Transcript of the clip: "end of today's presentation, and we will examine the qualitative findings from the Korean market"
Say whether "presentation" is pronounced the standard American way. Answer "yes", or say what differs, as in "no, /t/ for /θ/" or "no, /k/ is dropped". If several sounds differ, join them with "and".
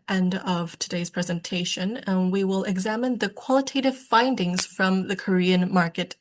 yes